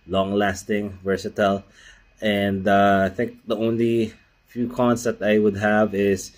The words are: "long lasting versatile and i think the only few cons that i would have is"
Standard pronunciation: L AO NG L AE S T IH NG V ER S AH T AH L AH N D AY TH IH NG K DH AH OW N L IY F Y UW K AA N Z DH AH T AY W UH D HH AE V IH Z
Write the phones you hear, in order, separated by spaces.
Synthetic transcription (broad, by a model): L AO NG L AE S T IH NG V ER S AH T AH L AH N D AY TH IH NG K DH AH OW N L IY F Y UW K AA N S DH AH T AY W UH D HH AE V IH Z